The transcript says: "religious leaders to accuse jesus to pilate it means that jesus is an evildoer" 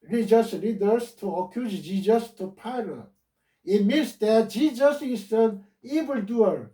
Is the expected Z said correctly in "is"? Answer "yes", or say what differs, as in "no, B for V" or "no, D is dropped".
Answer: no, S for Z